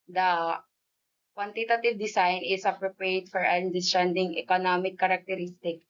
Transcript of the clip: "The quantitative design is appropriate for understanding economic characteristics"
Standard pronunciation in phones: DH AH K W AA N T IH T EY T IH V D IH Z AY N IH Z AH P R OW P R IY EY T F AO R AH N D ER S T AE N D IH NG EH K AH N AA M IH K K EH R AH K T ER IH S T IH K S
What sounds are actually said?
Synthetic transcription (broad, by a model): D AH K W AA N T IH T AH T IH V D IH S AY N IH S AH P R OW P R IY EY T F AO R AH N D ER S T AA N D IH NG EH K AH N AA M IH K K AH R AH K T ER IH S T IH K